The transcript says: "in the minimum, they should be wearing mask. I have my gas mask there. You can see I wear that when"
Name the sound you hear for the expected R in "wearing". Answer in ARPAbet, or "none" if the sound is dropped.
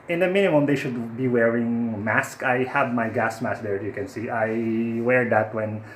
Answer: R